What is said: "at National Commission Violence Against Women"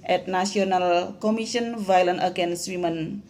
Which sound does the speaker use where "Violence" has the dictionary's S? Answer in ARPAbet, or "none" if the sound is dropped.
none